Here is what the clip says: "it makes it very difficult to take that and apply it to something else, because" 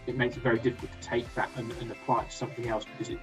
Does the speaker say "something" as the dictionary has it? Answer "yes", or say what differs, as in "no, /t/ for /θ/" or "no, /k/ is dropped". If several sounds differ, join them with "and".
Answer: yes